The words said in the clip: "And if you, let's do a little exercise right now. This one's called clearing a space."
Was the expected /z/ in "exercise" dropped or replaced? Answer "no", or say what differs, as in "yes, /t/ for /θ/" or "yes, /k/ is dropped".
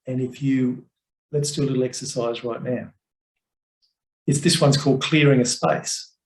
no